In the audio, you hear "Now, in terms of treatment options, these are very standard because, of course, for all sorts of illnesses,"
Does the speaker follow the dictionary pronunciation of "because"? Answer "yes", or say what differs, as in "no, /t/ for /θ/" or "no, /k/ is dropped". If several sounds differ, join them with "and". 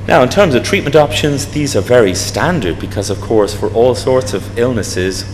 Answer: yes